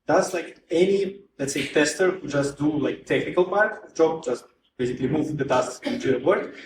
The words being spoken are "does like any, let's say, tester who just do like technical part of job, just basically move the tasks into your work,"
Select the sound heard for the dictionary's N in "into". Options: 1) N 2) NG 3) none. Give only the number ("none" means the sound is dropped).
3